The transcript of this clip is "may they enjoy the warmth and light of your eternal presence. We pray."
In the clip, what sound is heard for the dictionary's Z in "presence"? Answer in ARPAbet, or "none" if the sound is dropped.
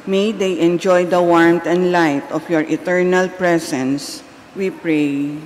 S